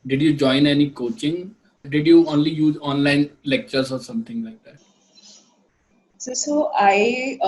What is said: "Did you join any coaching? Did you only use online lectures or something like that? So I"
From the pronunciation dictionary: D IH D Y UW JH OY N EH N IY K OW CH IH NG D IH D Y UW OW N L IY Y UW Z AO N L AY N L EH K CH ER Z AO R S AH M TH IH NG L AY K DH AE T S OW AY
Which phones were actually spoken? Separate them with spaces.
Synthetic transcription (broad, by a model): D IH D Y UW JH OY N EH N IY K OW CH IH NG D IH D Y UW OW N L IY Y UW Z AO N L AY N L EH K CH ER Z AO R S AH M T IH NG L AY K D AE T S OW AY